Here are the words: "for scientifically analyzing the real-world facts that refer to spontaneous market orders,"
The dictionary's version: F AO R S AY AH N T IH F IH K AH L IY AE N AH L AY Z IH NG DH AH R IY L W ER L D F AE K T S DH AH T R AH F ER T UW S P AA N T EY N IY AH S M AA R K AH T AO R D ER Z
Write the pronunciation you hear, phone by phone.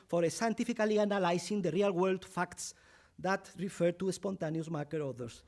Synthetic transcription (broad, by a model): F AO R S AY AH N T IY F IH K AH L IY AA N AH L AY S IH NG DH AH R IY L W ER L D F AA K T S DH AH T R AH F ER T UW S P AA N T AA N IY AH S M AA R K AH T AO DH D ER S